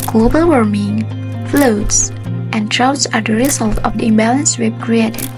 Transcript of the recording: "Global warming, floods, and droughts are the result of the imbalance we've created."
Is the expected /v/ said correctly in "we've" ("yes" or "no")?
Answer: no